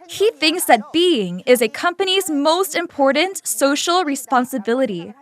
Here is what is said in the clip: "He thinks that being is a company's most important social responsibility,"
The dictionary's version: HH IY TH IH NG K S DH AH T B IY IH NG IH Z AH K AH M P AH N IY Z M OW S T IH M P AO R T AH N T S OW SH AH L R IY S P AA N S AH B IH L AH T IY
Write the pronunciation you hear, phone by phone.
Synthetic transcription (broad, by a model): HH IY TH IH NG K S DH AH T B IY IH NG IH Z AH K AH M P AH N IY Z M OW S T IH M P AO R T N T S OW SH L R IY S P AA N S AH B IH L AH T IY